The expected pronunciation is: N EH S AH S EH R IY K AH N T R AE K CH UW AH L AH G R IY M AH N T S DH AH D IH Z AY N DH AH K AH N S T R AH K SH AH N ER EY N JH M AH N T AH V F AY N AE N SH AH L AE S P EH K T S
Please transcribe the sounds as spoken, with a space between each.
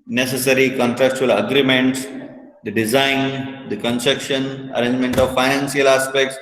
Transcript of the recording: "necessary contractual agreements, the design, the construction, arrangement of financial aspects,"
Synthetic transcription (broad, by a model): N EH S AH S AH R IY K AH N T R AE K CH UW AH L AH G R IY M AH N T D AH D IH Z AY N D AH K AH N S T R AH K SH AH N ER EY N JH M AH N T AH V F AY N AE N S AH L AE S P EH K T S